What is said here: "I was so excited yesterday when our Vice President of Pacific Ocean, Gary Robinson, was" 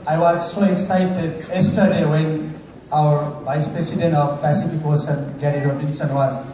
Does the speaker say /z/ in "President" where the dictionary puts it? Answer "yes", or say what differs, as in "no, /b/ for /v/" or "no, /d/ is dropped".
no, /s/ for /z/